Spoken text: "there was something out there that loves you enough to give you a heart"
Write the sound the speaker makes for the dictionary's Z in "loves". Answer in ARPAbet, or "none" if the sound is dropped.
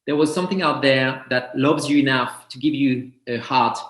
Z